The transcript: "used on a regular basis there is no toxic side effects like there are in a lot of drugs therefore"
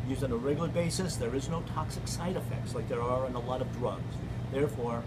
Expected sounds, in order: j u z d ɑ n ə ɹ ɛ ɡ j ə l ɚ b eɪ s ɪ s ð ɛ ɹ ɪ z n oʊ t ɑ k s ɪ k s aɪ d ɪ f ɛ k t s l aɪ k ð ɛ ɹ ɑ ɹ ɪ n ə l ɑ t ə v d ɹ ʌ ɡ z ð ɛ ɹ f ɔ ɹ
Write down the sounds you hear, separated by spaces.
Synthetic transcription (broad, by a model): j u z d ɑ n ə ɹ ɛ ɡ j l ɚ b eɪ s ɪ s ð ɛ ɹ ɪ z n oʊ t ɑ k s ɪ k s aɪ d ɪ f ɛ k t s l aɪ k ð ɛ ɹ ɑ ɹ ɪ n ə l ɑ t ə v d ɹ ʌ ɡ z ð ɛ ɹ f ɔ ɹ